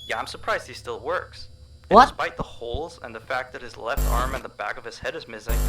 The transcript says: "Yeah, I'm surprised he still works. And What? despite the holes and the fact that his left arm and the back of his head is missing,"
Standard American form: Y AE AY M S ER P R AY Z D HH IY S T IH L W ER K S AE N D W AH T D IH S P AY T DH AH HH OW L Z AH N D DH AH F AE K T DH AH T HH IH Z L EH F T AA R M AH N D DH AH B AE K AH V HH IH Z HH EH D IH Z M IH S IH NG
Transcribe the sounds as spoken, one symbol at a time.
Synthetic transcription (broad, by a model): Y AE AY M S ER P R AY Z D HH IY S T IH L W ER K S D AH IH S P AY T DH AH HH OW L Z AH N DH AH F AE K T DH AH T HH IH Z L EH F T AA R M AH N DH AH B AE K AH V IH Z HH EH D IH Z M IH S IH NG